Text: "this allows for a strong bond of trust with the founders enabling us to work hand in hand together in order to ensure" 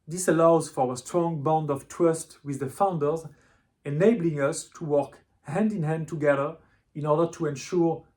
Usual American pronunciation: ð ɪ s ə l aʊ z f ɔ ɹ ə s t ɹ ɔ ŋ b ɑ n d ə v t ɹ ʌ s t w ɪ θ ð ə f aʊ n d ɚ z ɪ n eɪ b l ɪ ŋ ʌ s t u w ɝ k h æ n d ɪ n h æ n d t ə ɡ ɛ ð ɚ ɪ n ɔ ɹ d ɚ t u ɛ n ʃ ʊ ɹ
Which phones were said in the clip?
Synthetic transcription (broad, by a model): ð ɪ s ə l aʊ z f ɔ ɹ ə s t ɹ ɔ ŋ b ɑ n d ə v t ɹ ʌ s t w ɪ ð ə f aʊ n d ɚ z ɪ n eɪ b l ɪ ŋ ʌ s t u w ɝ k h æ n d ɪ n h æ n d t ə ɡ ɛ ð ɚ ɪ n ɔ ɹ d ɚ t u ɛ n ʃ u ɹ